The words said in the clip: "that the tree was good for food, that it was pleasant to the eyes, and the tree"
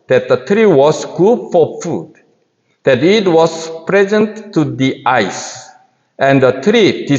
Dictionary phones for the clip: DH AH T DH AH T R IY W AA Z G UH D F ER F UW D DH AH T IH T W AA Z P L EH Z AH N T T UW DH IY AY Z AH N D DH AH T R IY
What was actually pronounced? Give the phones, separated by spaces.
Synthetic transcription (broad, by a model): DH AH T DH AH T R IY W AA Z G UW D F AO F UW D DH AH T IH T W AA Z P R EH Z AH N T T UW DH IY AY S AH N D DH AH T R IY